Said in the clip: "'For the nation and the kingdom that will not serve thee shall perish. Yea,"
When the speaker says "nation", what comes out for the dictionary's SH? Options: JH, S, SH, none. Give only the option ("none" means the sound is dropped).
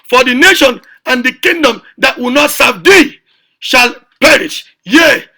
SH